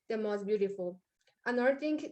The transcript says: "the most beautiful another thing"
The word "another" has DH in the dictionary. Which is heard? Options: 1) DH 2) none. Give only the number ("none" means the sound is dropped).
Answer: 2